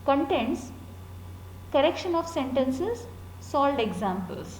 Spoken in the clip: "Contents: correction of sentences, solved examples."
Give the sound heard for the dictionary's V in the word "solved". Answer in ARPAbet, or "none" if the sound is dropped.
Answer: none